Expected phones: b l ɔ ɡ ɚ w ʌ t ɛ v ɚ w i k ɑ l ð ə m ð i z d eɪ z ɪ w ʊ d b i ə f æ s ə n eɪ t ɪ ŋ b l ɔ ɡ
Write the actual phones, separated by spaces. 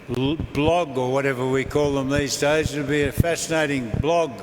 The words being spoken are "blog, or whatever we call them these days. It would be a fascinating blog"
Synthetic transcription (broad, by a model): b l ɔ ɡ ɚ w ʌ t ɛ v ɚ w i k ɑ l ð ə m ð i z d eɪ z ɪ b i ə f æ s ə n eɪ t ɪ ŋ b l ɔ ɡ